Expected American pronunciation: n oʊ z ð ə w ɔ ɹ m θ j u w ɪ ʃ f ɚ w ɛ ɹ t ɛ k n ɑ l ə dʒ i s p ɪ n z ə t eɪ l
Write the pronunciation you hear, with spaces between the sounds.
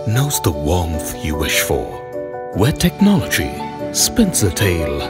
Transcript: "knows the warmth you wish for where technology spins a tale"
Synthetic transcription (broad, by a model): n oʊ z ð ə w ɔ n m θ j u w ɪ ʃ f ɚ w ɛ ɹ t ɛ k n ɑ l ə dʒ i s p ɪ n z ə t eɪ l